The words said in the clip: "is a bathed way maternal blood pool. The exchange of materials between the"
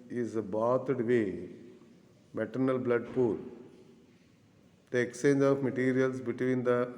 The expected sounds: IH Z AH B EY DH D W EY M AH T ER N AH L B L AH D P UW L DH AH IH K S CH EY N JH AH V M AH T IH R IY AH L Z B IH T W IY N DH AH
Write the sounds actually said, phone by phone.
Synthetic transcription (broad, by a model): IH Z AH B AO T D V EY M AH T ER N AH L B L AH D P UW L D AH IH K S CH EY N JH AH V M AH T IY R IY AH L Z B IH T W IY N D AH